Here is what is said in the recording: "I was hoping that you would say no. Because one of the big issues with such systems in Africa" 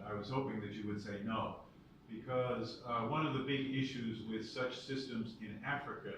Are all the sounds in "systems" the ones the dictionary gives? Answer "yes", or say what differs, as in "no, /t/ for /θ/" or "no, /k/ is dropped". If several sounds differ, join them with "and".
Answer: yes